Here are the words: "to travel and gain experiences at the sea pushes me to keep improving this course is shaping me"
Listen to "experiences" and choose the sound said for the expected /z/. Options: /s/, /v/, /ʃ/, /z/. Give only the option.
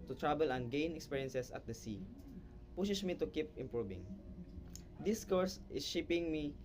/s/